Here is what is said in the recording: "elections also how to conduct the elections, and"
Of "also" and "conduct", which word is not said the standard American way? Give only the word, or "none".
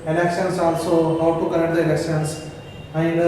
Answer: conduct